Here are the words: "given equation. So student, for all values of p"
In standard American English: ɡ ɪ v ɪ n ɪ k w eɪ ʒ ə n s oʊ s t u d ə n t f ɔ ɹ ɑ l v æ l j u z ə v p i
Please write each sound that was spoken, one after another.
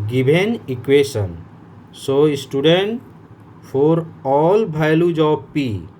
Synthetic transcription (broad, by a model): ɡ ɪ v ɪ n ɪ k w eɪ ʃ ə n s oʊ s t u d ə n t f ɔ ɹ ɑ l b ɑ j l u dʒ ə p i